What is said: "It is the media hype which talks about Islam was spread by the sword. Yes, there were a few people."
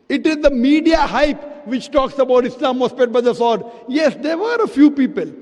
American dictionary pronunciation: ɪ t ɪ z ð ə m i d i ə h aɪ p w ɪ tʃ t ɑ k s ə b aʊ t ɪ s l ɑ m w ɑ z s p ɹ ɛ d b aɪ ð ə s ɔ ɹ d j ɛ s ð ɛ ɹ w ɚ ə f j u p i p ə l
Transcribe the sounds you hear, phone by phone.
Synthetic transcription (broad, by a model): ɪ t ɪ z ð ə m i d i ə h aɪ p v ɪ tʃ t ɑ k s ə b aʊ t ɪ s l ɑ m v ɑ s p ɛ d b aɪ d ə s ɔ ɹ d j ɛ s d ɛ ɹ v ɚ ə f j u p i p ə l